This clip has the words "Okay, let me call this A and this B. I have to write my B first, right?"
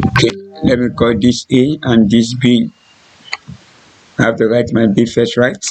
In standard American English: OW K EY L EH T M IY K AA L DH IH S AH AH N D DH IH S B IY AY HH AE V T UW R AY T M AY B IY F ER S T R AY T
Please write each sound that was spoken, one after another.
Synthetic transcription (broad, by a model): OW K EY L EH T M IY K AA L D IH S AH AH N D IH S B IY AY HH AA F T UW R AY T M AY B IY F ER S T R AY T